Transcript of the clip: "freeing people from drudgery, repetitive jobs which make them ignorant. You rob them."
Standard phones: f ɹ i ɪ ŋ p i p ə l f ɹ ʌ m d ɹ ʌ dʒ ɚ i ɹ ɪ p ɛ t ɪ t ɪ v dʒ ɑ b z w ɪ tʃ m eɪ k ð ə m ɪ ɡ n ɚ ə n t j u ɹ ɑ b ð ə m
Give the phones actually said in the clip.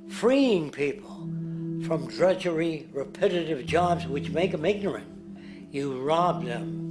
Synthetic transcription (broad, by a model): f ɹ i ɪ ŋ p i p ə l f ɹ ʌ m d ɹ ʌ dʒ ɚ i ɹ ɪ p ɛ t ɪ t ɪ v dʒ ɑ b z w ɪ tʃ m eɪ k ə m ɪ ɡ n ɚ ə n t j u ɹ ɑ b ð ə m